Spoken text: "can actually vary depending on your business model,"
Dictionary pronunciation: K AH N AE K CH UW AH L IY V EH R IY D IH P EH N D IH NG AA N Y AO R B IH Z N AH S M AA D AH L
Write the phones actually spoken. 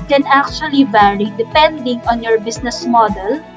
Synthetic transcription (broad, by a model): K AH N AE K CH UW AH L IY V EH R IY D IH P EH N D IH NG AA N Y AO R B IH S N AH S M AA D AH L